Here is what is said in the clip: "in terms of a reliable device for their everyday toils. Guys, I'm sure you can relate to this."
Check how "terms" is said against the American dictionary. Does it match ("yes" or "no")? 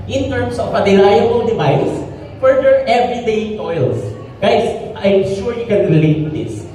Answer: no